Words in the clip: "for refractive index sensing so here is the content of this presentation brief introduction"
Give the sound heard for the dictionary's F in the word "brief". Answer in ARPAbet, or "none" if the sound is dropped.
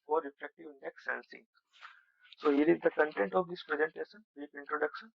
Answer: P